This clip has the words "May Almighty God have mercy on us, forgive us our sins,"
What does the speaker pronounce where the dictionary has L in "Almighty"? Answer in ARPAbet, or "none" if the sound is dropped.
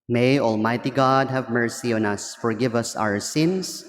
L